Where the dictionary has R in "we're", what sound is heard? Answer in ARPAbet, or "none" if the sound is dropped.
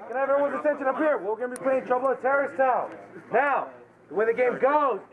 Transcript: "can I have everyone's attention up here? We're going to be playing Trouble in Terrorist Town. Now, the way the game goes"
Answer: W